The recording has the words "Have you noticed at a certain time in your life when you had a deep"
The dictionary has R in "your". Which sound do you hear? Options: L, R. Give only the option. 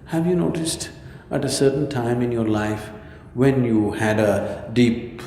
R